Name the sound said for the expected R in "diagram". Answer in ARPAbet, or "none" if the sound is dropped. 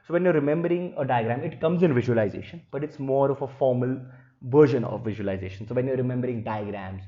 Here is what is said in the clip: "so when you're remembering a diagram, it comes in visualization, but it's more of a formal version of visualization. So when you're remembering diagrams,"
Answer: R